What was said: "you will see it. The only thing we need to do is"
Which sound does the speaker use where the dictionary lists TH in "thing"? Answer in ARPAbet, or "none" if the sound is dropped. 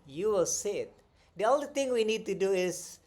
T